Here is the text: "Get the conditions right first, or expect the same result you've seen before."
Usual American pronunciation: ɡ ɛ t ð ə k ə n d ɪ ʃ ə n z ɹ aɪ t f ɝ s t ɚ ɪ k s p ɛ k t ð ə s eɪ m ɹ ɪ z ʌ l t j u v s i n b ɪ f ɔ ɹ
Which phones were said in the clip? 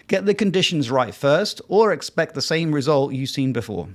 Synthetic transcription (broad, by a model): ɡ ɛ t ð ə k ə n d ɪ ʃ ə n z ɹ aɪ t f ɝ s t ɚ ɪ k s p ɛ k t ð ə s eɪ m ɹ ɪ z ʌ l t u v s i n b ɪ f ɔ